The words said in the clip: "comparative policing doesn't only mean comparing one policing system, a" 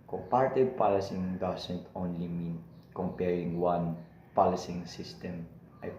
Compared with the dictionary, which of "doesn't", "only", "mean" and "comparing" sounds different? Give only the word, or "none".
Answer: doesn't